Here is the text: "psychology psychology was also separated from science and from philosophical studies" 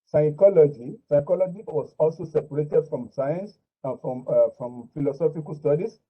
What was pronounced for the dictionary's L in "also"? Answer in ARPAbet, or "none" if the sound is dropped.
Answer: L